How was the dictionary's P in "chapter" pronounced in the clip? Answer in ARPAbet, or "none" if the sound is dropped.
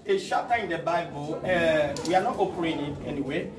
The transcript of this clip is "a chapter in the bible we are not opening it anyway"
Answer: none